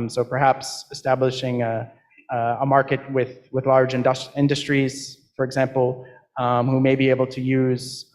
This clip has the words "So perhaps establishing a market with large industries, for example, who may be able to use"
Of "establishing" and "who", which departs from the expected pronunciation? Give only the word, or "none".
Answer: none